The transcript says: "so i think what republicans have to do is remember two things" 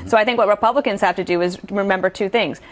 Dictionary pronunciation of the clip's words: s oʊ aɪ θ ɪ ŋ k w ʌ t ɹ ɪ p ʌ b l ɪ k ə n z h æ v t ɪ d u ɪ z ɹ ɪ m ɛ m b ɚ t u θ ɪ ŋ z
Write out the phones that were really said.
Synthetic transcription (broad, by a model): s oʊ aɪ θ ɪ ŋ k w ʌ t ɹ ɪ p ʌ b l ɪ k ə n z h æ f t ɪ d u ɪ z ɹ ɪ m ɛ m b ɚ t u θ ɪ ŋ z